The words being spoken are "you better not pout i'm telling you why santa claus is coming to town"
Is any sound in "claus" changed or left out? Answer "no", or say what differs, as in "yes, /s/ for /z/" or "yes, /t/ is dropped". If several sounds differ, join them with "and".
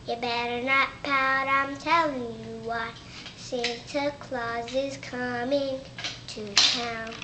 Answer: no